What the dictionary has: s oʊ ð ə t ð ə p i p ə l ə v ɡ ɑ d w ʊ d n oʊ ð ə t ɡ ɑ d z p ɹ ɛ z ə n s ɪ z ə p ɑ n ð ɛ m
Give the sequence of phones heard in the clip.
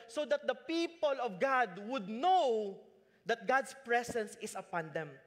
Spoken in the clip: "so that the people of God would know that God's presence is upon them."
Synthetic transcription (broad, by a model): s oʊ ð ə t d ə p i p ə l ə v ɡ ɑ d w ʊ d n oʊ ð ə t ɡ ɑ d s p ɹ ɛ s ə n s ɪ s ə p ɑ n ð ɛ m